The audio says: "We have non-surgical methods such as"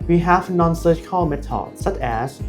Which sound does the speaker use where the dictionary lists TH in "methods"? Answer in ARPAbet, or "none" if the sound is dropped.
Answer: T